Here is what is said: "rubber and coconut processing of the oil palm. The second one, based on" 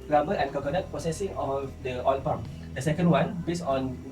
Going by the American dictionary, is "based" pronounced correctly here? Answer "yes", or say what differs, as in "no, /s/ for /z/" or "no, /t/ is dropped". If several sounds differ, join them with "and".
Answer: no, /t/ is dropped